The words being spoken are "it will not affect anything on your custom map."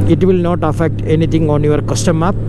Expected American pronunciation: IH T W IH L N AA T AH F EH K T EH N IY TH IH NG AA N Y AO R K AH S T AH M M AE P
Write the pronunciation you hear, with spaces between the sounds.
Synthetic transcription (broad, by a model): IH T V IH L N AA T AH F EH K T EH N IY T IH NG AA N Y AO R K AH S T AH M M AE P